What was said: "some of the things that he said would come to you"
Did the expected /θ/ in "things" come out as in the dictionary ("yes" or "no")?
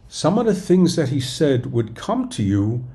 yes